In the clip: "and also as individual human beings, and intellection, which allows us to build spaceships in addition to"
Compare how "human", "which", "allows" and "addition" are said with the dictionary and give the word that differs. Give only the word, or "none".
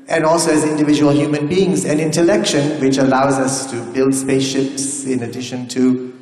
none